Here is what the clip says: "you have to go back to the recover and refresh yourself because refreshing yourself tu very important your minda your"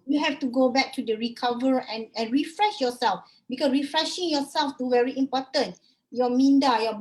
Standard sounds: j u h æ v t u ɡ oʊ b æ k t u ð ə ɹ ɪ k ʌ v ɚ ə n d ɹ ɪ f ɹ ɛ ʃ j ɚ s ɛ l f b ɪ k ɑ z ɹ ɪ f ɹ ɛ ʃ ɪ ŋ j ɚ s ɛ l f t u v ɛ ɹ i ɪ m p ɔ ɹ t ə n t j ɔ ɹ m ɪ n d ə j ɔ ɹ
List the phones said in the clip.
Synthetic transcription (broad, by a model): j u h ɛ f t u ɡ oʊ b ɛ k t u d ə ɹ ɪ k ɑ v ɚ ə n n ɹ ɪ f ɹ ɛ ʃ j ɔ s ɛ l f b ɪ k ɑ s ɹ ɪ f ɹ ɛ ʃ ɪ ŋ j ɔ s ɛ l f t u v ɛ ɹ i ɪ m p ɔ t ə n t j ɔ m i n d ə j ɔ